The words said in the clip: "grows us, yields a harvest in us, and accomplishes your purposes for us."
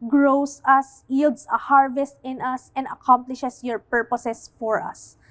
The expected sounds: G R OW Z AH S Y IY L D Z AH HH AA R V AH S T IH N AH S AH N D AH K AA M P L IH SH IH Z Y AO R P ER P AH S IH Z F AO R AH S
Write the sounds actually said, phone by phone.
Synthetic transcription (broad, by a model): G R OW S AH S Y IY L D S AH HH AA R V AH S T IH N AH S AH N D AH K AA M P L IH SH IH S Y AO R P ER P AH S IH S F AO R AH S